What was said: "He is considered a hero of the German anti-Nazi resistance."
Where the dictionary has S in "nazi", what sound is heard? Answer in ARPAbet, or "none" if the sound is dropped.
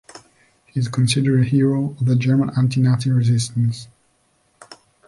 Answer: none